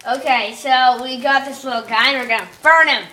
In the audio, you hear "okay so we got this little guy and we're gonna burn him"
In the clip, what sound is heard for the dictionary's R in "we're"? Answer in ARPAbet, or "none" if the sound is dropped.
R